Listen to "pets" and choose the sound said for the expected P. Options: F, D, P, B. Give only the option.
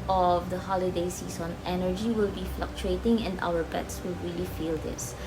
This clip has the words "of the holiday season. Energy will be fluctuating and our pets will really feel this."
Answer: B